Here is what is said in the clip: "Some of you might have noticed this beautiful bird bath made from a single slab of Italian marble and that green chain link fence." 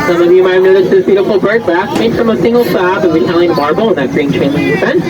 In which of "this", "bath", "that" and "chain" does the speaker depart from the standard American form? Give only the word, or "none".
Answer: bath